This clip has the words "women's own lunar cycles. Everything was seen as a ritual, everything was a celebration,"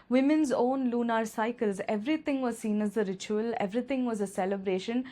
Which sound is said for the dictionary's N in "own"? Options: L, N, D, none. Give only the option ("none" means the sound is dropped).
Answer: N